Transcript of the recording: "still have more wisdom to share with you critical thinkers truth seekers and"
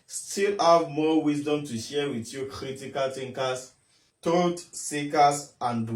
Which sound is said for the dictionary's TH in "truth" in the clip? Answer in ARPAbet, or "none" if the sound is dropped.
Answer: T